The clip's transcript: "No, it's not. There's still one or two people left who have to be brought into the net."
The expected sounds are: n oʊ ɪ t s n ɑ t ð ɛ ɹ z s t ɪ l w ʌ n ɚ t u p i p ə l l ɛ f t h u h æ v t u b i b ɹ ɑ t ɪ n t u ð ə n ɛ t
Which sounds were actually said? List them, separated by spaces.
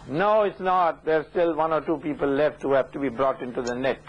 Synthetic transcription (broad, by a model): n oʊ ɪ t s n ɑ t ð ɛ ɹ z s t ɪ l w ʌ n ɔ t u p i p ə l l ɛ f t h u h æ f t u b i b ɹ ɑ t ɪ n t u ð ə n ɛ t